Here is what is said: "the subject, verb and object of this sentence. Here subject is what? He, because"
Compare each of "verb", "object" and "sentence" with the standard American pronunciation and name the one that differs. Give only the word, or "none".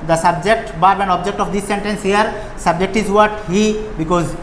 verb